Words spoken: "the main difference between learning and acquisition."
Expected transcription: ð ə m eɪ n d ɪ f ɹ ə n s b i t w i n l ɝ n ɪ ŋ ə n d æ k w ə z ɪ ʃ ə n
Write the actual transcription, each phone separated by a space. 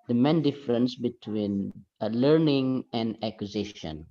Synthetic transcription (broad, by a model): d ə m eɪ n d ɪ f ɹ ə n s b i t w i n l ɝ n ɪ ŋ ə n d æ k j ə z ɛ ʃ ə n